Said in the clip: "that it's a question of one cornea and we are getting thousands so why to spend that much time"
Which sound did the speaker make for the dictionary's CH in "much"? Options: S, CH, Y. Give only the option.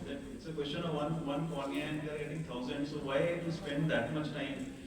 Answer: CH